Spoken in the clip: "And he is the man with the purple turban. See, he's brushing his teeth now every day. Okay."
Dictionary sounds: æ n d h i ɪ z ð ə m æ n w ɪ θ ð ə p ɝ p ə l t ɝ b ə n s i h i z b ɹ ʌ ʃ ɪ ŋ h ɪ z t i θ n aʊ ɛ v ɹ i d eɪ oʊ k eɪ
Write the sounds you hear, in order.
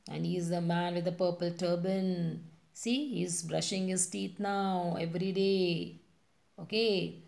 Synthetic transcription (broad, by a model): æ n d h i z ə m æ n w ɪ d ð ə p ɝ p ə l t ɝ b ə n s i h i z b ɹ ʌ ʃ ɪ ŋ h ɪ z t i t n aʊ ɛ v ɹ i d eɪ oʊ k eɪ